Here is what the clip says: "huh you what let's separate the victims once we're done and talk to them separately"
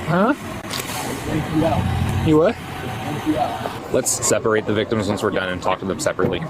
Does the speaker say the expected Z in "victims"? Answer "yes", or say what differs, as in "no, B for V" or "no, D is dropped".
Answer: yes